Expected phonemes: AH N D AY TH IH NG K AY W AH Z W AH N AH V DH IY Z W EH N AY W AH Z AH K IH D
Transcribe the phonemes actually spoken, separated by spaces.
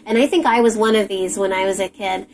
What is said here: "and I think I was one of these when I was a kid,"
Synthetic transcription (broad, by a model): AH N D AY TH IH NG K AY W AH Z W AH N AH V DH IY Z W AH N AY W AH Z AH K IH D